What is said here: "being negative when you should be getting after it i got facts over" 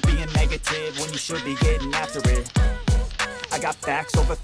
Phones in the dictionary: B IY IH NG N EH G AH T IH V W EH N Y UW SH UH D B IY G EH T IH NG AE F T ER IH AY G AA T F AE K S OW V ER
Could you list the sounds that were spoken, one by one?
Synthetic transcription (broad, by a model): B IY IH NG N EH G AH T IH V W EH N Y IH SH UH D B IY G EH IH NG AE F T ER IH AY G AA T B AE K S OW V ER